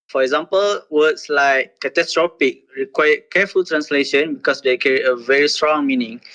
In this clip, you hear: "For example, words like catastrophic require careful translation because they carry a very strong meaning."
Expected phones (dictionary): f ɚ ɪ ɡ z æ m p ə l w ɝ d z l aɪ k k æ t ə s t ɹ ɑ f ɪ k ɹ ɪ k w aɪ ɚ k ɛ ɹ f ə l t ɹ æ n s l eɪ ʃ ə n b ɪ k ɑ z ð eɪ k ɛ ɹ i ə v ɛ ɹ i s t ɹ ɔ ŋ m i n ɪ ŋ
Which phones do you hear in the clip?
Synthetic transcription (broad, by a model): f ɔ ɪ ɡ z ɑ m p ə l w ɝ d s l aɪ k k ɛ t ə s t ɹ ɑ p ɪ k ɹ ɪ k w aɪ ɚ k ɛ f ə l t ɹ æ n s l eɪ ʃ ə n b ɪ k ɑ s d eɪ k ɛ ɹ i ə v ɛ ɹ i s t ɹ ɔ ŋ m i n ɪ ŋ